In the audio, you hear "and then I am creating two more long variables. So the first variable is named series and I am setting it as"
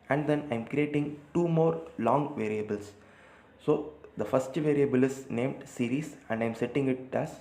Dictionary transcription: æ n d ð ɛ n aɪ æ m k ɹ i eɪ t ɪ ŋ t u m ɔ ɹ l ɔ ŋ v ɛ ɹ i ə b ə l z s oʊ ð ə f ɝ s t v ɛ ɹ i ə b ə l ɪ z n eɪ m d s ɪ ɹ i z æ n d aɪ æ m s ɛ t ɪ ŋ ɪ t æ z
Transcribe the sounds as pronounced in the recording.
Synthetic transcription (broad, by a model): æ n d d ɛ n aɪ m k ɹ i eɪ t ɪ ŋ t u m ɔ ɹ l ɔ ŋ v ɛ ɹ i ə b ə l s s oʊ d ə f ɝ s t v ɛ ɹ i ə b ə l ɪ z n eɪ m d s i ɹ i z æ n d aɪ m s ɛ t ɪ ŋ ɪ t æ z